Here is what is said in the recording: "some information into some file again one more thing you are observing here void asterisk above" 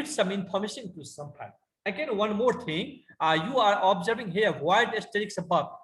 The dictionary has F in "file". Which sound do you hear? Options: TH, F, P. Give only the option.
P